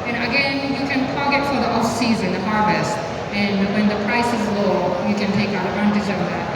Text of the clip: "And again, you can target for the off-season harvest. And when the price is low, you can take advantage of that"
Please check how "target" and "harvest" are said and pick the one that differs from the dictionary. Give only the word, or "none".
target